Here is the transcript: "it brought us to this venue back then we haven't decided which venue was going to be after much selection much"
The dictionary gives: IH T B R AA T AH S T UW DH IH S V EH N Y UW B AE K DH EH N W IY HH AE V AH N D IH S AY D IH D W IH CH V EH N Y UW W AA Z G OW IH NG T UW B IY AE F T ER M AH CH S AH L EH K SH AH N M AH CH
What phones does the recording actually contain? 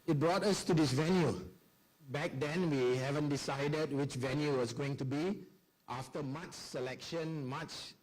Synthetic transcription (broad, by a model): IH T B R AA T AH S T UW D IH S V EH N Y UW B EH K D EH N W IY HH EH V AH N D IH S AY D IH D W IH CH V EH N Y UW W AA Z G OW IH NG T UW B IY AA F T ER M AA CH S AH L EH K SH AH N M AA CH